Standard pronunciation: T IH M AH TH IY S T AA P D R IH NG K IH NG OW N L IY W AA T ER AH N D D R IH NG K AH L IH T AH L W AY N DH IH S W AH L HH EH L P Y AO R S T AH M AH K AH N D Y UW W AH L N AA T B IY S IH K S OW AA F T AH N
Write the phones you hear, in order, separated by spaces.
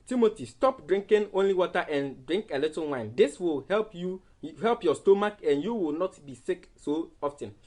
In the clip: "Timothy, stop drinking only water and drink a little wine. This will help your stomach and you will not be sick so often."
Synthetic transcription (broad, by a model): T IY M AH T IY S T AA P D R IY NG K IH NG OW N L IY W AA T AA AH N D D R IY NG K AH L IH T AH N W AY N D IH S W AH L HH EH L P Y AO S T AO M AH K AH N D Y UW W AH L N AA T B IY S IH K S OW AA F T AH N